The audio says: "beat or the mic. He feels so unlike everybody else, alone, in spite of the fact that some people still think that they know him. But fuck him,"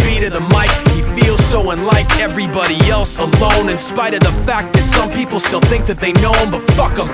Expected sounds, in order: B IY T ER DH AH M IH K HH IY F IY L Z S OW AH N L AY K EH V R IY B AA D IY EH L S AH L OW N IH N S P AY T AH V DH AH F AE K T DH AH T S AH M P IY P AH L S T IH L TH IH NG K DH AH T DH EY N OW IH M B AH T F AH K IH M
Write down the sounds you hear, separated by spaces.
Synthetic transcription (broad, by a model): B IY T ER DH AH M IH K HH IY F IY L Z S OW AH N L AY K EH V R IY B AA D IY EH L S AH L OW N IH N S P AY T AH V DH AH F AE K DH AH T S AH M P IY P L S T IH L TH IH NG K DH AH T DH EY N OW IH M B AH T F AH K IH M